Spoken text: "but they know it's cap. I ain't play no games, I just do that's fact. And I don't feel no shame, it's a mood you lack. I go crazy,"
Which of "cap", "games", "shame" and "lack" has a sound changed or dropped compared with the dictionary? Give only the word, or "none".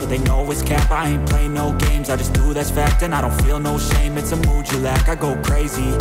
none